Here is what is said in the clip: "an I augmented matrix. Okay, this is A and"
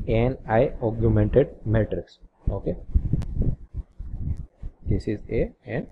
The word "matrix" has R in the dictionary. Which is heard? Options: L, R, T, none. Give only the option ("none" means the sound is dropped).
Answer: R